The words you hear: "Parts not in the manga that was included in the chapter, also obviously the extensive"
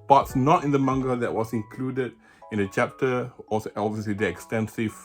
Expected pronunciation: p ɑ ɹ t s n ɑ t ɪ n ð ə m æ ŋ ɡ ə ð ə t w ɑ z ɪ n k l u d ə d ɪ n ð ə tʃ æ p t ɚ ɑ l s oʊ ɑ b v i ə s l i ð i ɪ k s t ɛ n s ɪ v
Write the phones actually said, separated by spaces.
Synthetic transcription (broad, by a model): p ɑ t s n ɑ t ɪ n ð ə m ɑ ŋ ɡ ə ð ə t w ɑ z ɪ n k l u d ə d ɪ n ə tʃ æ p t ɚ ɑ s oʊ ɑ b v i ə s l i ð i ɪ k s t ɛ n s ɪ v